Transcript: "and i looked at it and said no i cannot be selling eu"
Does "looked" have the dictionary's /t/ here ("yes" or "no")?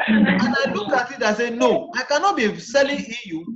no